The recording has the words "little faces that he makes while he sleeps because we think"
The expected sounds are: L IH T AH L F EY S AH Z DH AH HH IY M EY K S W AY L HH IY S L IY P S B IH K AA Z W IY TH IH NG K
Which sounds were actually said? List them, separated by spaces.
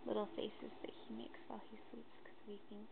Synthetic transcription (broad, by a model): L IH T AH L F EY S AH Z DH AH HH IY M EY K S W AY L HH IY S IY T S K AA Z W IY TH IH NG K